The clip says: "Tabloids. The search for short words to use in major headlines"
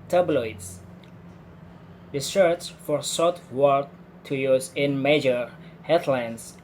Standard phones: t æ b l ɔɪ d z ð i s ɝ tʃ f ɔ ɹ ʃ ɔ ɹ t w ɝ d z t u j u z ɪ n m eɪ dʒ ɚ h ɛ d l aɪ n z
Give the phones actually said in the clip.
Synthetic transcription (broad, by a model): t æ b l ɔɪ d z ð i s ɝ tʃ f ɔ ɹ s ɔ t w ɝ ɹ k t u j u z ɪ n m eɪ dʒ ɚ h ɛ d l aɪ n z